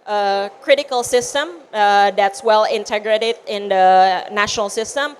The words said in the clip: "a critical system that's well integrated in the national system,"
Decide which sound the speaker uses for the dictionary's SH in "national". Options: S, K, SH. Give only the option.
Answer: SH